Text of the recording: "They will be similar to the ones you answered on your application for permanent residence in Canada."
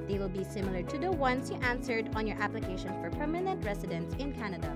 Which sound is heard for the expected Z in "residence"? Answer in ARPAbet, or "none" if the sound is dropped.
S